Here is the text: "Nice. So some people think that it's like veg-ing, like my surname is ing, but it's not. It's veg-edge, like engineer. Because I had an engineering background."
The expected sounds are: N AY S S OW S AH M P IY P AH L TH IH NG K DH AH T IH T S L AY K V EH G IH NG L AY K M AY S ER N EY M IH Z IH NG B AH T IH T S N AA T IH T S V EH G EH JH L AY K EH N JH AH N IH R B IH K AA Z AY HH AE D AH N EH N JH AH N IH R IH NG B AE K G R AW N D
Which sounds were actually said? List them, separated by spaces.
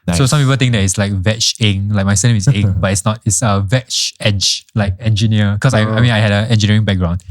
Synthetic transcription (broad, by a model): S S OW S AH M P IY P AH L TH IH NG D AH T IH T S L AY K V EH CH IH NG L AY K M AY S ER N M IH S IH NG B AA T IH T S N AA T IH T S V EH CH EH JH L AY K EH N JH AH N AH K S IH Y AA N AY HH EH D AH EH N JH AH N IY R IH NG B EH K G R AW N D